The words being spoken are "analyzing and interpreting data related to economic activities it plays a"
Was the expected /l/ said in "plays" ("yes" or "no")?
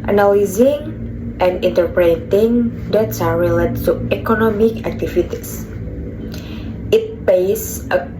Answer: no